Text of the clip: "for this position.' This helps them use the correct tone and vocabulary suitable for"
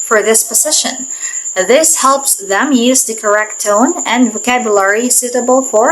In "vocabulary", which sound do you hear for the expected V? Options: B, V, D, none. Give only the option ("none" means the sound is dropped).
V